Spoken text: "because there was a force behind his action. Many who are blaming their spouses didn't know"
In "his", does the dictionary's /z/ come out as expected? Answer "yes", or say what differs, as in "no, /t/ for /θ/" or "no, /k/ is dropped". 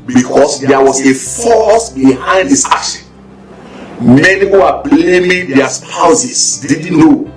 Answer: no, /s/ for /z/